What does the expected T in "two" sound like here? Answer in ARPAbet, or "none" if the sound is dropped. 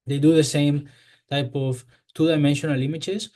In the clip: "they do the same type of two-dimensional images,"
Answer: T